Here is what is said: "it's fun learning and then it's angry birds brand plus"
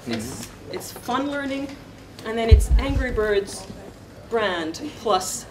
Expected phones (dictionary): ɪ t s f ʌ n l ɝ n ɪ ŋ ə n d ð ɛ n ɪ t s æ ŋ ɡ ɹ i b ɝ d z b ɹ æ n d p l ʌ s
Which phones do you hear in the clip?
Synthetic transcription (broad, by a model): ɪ t s f ʌ n l ɝ n ɪ ŋ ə n ð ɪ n ɪ t s æ ŋ ɡ ɹ i b ɝ d z b ɹ æ n d p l ʌ s